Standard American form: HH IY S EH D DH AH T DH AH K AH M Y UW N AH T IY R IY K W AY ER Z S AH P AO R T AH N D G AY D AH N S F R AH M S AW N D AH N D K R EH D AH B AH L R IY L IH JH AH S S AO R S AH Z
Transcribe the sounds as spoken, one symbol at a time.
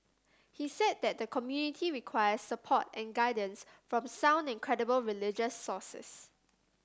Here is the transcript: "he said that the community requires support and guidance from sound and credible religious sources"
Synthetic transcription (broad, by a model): HH IY S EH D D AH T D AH K AH M Y UW N AH T IY R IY K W AY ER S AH P AO T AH N G AY D AH N S F R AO M S AW N D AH N K R EH D AH B AH L R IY L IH JH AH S S AO S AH S